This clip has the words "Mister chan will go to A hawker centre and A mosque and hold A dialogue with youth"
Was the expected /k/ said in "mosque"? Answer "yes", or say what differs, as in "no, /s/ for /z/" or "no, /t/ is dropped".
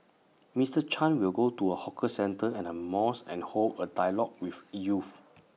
no, /k/ is dropped